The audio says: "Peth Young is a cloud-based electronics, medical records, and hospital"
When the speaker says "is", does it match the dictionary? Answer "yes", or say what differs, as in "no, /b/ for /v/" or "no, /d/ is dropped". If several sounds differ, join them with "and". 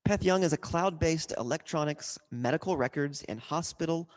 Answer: yes